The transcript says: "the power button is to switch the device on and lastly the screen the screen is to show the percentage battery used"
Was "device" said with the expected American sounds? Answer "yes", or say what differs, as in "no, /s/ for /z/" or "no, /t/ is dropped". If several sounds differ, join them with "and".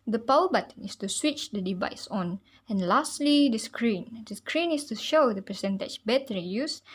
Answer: yes